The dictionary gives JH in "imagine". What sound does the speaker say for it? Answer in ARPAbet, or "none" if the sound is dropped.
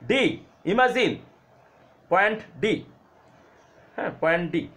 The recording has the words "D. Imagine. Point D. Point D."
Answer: Z